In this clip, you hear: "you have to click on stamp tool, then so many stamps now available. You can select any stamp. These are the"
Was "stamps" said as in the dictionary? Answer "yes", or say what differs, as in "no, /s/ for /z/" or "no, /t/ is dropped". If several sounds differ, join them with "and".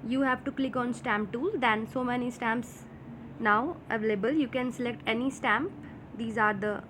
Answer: yes